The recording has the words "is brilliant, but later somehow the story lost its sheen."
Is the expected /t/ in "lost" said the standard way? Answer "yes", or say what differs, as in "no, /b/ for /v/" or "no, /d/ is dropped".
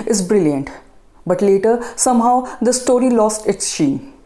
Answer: yes